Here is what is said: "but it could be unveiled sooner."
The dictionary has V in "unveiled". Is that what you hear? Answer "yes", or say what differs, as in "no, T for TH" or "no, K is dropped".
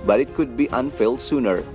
no, F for V